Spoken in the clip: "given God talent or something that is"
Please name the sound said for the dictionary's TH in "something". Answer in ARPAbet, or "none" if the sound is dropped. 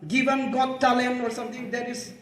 T